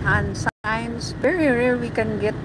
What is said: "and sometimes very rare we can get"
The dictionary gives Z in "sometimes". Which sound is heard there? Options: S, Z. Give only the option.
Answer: S